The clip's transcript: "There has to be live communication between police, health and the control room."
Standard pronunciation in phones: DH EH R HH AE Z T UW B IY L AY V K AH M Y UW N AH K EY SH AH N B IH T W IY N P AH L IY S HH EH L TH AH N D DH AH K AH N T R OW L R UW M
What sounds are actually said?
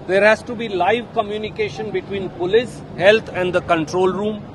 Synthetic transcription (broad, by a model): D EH R HH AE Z T UW B IY L AY V K AH M Y UW N AH K EY SH AH N B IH T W IY N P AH L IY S HH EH L T AH N D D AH K AH N T R OW L R UW M